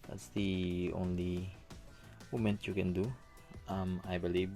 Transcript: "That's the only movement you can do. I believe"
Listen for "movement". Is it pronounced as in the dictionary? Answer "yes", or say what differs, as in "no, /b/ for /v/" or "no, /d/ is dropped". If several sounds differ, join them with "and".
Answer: no, /v/ is dropped